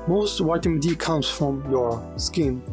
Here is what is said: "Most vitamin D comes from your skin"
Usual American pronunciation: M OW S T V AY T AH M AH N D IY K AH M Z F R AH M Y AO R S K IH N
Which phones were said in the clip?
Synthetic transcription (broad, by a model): M OW S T W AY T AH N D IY K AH M S F R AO M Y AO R S K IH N